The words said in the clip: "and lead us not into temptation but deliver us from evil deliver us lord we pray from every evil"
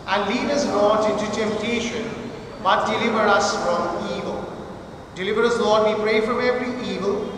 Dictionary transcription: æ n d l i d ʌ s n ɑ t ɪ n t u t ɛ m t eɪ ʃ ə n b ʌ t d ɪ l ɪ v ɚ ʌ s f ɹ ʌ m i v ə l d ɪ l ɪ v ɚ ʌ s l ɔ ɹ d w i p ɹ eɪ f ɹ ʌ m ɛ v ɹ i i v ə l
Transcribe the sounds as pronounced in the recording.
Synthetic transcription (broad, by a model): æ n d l i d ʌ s l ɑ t ɪ n t u t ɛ m t eɪ ʃ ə n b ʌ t d ɪ l ɪ v ɚ ʌ s f ɹ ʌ m i v ə l d ɪ l ɪ v ɚ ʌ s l ɔ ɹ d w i p ɹ eɪ f ɹ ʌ m ɛ v ɹ i i v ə l